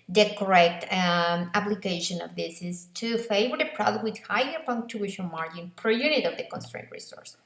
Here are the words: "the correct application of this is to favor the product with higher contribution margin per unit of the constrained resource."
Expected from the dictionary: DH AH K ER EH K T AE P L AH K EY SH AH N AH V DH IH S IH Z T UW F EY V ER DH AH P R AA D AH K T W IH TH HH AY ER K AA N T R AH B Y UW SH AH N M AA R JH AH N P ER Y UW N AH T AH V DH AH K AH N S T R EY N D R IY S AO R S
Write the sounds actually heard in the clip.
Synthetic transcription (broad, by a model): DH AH K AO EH K T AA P L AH K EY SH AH N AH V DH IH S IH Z T UW F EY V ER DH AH P R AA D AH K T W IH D HH AY ER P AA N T AH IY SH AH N M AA R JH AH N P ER Y UW N AH T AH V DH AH K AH N S T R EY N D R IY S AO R S